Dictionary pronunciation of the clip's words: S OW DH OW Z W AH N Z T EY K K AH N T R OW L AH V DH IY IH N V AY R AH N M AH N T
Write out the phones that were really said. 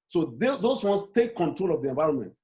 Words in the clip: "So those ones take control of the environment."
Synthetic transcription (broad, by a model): S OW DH OW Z W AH N S T EY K K AH N T R OW L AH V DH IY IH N V AY R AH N M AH N T